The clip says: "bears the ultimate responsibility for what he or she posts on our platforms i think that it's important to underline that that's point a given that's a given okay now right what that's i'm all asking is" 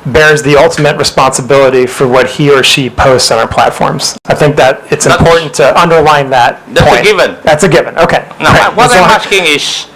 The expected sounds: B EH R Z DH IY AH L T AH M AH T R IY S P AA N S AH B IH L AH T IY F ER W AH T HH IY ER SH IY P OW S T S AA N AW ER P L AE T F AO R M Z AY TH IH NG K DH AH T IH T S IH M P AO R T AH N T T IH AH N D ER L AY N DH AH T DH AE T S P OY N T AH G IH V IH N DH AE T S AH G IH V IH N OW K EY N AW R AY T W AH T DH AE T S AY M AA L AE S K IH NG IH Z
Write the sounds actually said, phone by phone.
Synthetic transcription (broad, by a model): B EH R Z DH IY AH L T AH M AH T R IY S P AA N S AH B IH L AH T IY F ER W AH T HH IY ER SH IY P OW S T S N AW ER P L AE T F AO R M Z AY TH IH NG K DH AH T IH T S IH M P AO R T N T T IH AH N D ER L AY N DH AH T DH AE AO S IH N G IH V IH N DH AE T S AH G IH V IH N OW K EY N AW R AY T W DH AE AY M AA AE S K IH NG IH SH